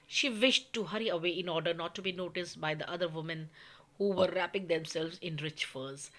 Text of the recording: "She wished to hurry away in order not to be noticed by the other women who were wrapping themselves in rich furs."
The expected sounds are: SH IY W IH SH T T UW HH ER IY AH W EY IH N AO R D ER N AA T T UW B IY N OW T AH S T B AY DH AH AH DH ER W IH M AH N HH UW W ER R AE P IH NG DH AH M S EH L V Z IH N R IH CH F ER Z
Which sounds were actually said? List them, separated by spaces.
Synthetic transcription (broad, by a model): SH IY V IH SH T T UW HH ER IY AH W EY IH N AO R D ER N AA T T UW B IY N OW T AH S T B AY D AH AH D ER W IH M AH N HH UW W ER R AE P IH NG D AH M S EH L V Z IH N R IH CH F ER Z